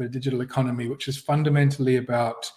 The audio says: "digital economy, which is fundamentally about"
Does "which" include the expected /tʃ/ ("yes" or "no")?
yes